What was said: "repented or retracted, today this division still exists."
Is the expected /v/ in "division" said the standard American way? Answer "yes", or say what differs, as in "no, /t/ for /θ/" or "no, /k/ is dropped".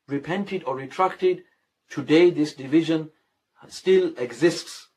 yes